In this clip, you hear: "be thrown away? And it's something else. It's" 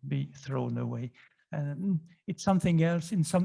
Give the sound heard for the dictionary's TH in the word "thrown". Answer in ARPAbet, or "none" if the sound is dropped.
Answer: TH